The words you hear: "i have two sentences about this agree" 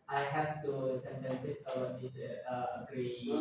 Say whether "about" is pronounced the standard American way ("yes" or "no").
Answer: no